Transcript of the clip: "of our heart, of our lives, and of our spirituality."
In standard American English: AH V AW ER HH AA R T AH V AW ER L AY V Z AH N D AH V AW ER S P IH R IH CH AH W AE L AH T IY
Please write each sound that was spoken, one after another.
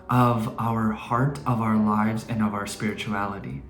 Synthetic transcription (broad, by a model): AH V AW ER HH AA R T AH V AW ER L AY V Z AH N AH V AW ER S P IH R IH CH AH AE L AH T IY